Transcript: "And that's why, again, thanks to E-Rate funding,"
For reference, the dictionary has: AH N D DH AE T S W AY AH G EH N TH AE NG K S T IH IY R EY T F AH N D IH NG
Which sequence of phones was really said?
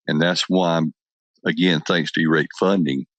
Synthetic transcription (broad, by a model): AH N DH AE T S W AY AH G EH N TH AE NG K S T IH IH R EY T F AH N D IH NG